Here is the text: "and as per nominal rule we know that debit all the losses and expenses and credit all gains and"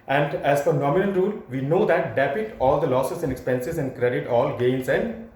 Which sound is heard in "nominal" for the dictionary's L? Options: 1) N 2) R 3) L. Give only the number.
1